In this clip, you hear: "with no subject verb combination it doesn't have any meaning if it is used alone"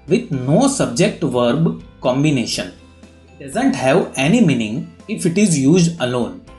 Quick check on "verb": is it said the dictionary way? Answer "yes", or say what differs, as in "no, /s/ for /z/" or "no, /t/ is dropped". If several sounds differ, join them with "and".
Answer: yes